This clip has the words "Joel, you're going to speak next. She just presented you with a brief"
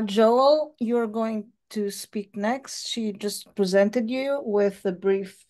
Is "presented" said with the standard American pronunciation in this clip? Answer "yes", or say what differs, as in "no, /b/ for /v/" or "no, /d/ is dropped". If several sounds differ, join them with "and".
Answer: yes